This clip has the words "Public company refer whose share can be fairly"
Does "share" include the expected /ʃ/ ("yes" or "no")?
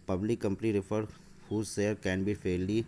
no